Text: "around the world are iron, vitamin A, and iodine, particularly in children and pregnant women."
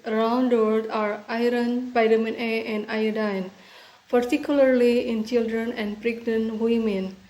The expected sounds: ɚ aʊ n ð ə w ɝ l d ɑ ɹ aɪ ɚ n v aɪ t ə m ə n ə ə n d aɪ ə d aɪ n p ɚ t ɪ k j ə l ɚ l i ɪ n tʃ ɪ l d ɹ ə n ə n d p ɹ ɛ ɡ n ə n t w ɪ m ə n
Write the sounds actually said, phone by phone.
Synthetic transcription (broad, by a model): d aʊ n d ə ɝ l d ɑ ɹ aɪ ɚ n p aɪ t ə m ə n ə ə n d aɪ ə d aɪ n p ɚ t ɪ k j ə l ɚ l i ɪ n tʃ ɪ l d ɹ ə n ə n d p ɹ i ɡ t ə n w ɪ m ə n